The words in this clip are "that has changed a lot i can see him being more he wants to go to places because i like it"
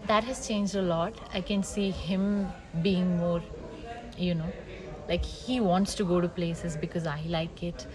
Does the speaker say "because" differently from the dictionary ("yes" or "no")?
no